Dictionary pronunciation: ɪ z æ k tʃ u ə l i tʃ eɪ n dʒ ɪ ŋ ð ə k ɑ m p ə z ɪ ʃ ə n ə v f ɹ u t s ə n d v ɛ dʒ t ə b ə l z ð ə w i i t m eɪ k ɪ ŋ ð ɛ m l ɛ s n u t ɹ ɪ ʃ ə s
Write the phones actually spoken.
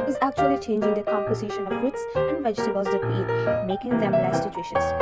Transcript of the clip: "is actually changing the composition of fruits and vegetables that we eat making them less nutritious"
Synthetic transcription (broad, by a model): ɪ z æ k tʃ u ə l i tʃ eɪ n dʒ ɪ ŋ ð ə k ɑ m p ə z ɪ ʃ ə n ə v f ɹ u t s ə n d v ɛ dʒ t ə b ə z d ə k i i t m eɪ k ɪ ŋ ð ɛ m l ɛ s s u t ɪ ʃ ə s